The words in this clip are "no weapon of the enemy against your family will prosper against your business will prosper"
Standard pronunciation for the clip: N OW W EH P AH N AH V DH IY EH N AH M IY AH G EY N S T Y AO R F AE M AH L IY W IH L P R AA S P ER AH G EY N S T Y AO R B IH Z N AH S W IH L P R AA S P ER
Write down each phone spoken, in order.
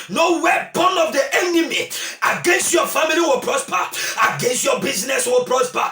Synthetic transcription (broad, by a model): N OW W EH B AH N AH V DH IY EH N AH M IY AH G EY N S T Y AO F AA M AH L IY W IH L P R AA S P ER AH G EY N S T Y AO B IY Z N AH S W IH L P R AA S P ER